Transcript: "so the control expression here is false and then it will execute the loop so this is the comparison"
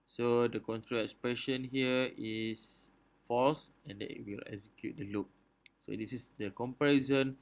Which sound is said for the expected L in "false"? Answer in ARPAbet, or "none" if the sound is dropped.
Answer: none